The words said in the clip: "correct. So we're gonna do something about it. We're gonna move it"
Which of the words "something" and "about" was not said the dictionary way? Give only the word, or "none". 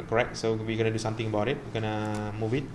something